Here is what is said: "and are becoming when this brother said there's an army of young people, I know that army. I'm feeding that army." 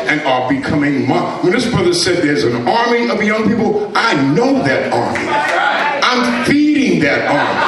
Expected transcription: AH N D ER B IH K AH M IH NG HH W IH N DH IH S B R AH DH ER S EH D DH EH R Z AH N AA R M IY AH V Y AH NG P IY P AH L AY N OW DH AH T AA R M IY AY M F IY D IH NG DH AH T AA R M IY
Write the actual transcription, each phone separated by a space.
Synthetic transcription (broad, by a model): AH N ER B IH K AH M IH NG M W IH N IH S B R AH DH ER S EH D DH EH R Z AH N AA R M IY AH V Y AH NG P IY P L AY N OW DH AH T AA R M IY AY M F IY D IH NG DH AH T AA R M IY